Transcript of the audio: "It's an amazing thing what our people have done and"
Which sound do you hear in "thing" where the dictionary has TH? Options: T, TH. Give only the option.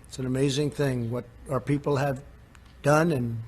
TH